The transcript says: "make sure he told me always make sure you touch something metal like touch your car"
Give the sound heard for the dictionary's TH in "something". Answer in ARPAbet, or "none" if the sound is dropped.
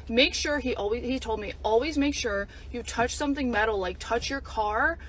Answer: TH